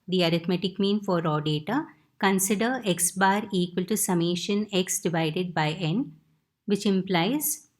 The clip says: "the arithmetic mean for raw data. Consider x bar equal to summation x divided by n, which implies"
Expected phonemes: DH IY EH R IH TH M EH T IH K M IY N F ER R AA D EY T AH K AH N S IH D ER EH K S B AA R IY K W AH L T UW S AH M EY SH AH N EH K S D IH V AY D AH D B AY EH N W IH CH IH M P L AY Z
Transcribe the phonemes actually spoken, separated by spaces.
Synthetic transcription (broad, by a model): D IY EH R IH T M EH T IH K M IY N F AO R AA D EY T AH K AH N S IH D ER EH K S B AA R IY K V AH L T UW S AH M EY SH AH N EH K S D IH V AY D AH D B AY EH N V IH CH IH M P L AY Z